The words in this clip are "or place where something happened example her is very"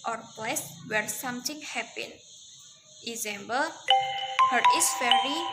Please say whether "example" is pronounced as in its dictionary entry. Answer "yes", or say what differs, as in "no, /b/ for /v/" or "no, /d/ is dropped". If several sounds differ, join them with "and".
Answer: no, /b/ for /p/